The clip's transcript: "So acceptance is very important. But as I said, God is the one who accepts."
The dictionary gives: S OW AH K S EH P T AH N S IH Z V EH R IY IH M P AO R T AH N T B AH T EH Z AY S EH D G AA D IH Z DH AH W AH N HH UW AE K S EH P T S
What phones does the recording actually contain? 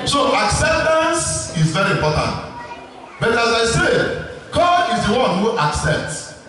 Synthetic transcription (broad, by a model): S OW AH K S EH P T AH N S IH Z V EH R IY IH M P AO T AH N T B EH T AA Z AY S EH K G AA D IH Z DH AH W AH N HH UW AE K S EH P T S